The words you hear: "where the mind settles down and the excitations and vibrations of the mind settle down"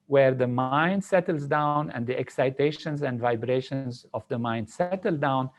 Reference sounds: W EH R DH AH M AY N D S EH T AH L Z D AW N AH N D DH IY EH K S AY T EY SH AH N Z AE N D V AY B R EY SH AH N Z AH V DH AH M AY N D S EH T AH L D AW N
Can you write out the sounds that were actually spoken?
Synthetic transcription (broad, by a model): W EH R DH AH M AY N D S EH T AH L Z D AW N AH N D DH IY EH K S AY T EY SH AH N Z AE N D V AY B R EY SH AH N Z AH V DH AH M AY N D S EH T AH L D AW N